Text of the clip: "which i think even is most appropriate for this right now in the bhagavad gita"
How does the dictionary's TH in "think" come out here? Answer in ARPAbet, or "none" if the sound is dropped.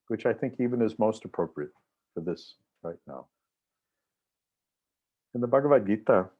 TH